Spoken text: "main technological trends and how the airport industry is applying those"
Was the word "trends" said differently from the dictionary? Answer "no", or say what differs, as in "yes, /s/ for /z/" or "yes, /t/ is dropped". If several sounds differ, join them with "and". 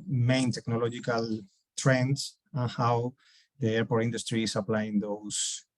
yes, /s/ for /z/